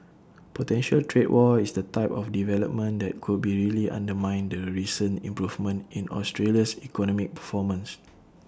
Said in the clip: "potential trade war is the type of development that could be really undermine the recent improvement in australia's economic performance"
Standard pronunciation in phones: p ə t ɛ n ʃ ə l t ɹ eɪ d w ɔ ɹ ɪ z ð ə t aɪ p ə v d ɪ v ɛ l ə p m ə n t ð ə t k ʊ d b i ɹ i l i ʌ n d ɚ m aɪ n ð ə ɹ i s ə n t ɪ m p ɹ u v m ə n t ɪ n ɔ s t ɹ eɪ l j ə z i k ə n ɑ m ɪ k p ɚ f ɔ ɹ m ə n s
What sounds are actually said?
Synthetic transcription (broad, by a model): p ə t ɛ n ʃ ə l t ɹ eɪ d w ɔ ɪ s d ə t aɪ p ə f d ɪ v ɛ l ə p m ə n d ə t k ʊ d b i ɹ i l i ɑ n d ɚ m aɪ n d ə ɹ i s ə n ɪ m p ɹ u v m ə n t ɪ n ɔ s t ɹ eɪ l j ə s i k ə n ɑ m ɪ k p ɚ f ɔ m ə n s